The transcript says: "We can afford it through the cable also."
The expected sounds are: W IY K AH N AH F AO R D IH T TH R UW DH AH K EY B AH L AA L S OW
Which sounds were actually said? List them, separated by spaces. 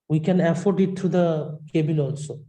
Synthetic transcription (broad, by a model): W IY K AH N AH F AO R D IH T T R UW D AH K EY B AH N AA L S OW